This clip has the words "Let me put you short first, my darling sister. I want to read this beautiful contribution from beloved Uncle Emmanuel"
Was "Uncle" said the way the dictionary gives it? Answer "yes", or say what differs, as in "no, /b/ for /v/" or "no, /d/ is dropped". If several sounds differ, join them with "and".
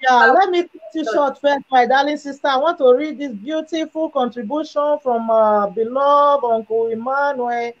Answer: no, /w/ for /l/